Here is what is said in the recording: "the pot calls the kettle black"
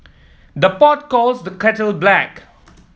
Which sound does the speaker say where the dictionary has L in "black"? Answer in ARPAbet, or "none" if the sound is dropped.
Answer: L